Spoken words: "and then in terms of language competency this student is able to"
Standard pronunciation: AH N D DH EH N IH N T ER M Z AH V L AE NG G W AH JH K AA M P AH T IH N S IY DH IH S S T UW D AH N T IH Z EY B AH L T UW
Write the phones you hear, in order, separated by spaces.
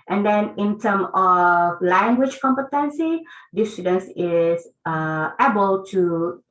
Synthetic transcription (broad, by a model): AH N D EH N IH N T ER M AH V L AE NG G W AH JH K AA M P AH T IH N S IY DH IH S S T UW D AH N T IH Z EY B AH L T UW